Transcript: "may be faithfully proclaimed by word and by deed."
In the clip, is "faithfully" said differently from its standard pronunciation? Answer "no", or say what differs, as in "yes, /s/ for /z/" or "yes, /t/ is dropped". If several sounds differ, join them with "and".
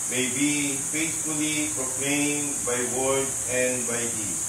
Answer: yes, /s/ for /θ/